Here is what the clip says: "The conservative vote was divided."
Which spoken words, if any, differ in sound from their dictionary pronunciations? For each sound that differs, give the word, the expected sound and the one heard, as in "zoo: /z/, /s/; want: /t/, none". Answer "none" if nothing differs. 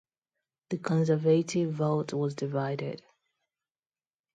none